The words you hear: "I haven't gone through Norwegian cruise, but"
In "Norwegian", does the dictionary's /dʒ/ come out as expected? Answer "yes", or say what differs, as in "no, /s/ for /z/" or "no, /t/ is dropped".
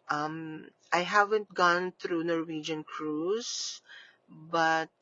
yes